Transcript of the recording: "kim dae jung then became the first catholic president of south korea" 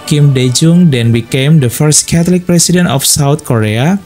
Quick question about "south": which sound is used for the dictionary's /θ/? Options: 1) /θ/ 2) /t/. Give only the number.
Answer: 2